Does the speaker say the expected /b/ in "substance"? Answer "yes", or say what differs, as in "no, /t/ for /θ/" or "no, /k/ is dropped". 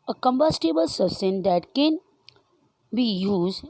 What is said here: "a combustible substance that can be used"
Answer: no, /b/ is dropped